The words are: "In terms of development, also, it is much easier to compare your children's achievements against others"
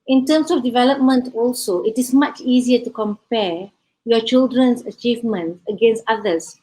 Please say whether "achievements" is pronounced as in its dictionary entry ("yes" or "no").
no